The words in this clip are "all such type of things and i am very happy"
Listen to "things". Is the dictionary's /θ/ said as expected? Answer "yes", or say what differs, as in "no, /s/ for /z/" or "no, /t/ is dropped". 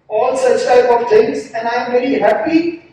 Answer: no, /t/ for /θ/